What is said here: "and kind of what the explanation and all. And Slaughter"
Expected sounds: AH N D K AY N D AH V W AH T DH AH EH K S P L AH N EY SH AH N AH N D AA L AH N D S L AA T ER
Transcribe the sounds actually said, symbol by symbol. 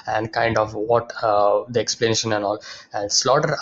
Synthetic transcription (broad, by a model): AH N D K AY N D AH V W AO T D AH EH K S P L AH N EY SH AH N AH N D AA L AH N D S L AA T ER